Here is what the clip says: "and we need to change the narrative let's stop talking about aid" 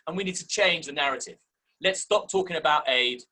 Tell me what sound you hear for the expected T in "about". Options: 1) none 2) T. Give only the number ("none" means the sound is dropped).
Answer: 2